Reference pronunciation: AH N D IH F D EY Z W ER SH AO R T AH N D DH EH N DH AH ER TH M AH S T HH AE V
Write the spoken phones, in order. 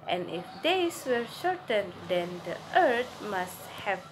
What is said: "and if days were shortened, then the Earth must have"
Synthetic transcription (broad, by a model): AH N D IH F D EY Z W ER SH AO R T AH N D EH N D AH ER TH M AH S T HH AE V